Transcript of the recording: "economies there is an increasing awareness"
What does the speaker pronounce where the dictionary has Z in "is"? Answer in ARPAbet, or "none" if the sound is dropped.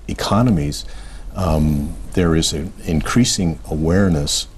Z